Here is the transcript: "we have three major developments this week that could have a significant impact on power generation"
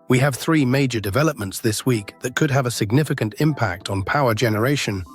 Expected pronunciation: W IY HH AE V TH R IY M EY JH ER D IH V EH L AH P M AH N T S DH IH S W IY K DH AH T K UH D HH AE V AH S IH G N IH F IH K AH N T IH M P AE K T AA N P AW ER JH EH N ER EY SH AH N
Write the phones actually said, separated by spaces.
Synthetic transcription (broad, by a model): W IY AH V TH R IY M EY JH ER D IH V EH L AH P M AH N T S DH IH S W IY K DH AH T K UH D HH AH V AH S IH G N IH F IH K AH N T IH M P AE K T N P AW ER JH EH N ER EY SH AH N